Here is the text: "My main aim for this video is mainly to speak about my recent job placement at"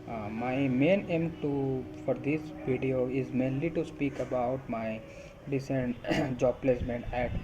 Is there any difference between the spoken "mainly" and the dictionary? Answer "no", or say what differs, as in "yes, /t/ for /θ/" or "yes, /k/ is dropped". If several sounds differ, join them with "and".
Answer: no